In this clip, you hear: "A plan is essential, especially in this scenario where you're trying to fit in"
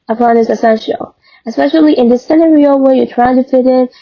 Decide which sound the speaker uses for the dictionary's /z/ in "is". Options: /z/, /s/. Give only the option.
/s/